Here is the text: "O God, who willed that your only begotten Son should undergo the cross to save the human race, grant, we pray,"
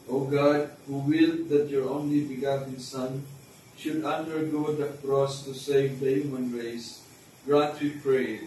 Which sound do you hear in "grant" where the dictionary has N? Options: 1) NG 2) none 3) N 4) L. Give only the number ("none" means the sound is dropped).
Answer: 2